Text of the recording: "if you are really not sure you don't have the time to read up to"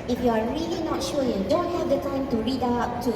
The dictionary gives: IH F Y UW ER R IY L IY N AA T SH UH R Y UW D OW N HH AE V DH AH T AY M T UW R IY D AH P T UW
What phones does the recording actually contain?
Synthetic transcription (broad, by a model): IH F Y UW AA R IY L IY N AA T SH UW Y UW D OW N HH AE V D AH T AY M T UW R IY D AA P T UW